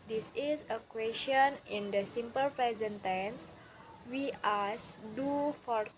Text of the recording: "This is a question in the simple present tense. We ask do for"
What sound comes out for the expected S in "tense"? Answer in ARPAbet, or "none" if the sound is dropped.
S